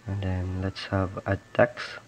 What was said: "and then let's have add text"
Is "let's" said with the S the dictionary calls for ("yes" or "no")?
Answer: yes